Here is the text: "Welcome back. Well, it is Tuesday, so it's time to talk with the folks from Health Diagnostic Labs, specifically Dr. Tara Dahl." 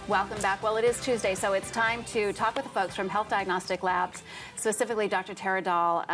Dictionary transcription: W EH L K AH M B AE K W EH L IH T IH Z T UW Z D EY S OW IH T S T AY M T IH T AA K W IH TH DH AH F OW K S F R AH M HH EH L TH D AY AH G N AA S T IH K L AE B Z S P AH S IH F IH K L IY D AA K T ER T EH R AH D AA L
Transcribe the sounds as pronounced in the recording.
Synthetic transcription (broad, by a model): W EH L K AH M B AE K W EH L IH T IH Z T UW Z D EY S OW IH T S T AY M T IH T AA K W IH DH AH F OW K S F R AH M HH EH L TH D AY AH G N AA S T IH K L AE B Z S P AH S IH F IH K L IY D AA K T ER T EH R AH D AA L